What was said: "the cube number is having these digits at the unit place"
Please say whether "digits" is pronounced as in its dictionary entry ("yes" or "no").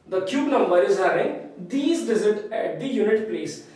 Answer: no